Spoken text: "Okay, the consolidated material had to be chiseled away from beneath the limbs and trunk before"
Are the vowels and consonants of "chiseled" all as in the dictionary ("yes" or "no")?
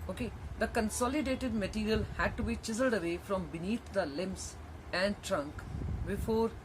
yes